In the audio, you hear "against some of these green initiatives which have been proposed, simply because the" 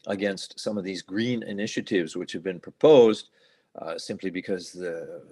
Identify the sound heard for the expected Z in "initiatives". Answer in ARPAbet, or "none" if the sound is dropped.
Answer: Z